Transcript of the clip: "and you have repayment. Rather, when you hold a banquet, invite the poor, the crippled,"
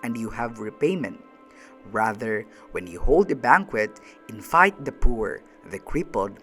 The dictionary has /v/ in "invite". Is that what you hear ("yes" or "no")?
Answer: no